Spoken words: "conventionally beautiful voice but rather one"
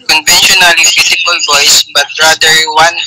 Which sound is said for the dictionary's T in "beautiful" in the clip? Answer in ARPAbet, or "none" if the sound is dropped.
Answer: S